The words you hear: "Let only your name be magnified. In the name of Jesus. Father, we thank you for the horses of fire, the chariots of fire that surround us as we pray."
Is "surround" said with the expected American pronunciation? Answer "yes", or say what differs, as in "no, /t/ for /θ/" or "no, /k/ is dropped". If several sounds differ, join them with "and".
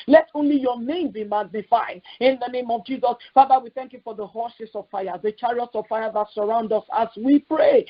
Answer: yes